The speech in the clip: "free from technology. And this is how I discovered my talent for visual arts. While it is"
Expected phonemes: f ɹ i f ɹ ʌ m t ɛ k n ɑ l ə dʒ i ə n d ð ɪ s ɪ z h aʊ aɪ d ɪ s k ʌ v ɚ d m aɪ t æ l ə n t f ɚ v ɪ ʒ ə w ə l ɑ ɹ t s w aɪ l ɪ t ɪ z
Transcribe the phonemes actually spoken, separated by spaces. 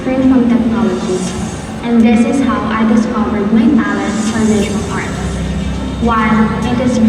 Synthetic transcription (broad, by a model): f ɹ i f ɹ ʌ m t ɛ k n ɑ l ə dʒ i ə n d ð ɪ s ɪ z h aʊ aɪ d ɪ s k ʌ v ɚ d m aɪ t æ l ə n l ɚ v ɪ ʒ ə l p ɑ ɹ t w aɪ l ɪ t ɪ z